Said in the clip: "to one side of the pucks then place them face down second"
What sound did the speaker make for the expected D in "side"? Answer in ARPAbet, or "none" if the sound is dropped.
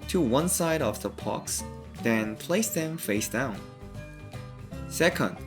D